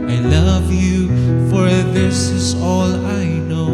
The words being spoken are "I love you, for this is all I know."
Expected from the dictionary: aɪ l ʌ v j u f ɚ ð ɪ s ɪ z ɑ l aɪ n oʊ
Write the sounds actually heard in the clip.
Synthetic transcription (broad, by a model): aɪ l ʌ v j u f ɚ ð ɪ s ɪ z ɑ l aɪ n oʊ